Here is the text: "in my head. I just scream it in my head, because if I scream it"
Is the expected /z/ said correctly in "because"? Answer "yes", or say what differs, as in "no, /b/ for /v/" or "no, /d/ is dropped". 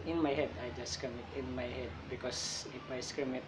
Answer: no, /s/ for /z/